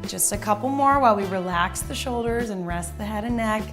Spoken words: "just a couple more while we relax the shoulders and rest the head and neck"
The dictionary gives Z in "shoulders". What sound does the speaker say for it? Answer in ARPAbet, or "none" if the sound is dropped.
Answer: Z